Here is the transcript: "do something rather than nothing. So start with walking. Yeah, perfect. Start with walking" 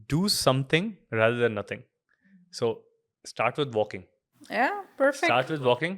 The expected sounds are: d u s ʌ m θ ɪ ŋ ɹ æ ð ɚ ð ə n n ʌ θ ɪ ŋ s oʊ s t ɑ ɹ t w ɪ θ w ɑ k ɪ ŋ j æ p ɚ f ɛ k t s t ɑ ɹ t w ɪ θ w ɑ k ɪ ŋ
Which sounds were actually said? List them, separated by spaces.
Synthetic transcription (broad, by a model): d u s ʌ m t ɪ ŋ ɹ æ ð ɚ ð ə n n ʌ t ɪ ŋ s oʊ s t ɑ ɹ t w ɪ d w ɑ k ɪ ŋ j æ p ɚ f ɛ t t ɑ ɹ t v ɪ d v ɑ k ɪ ŋ